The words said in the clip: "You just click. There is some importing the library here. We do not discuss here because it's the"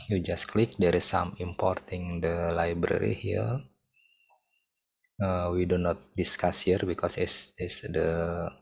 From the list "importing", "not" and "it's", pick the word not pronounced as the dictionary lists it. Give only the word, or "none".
it's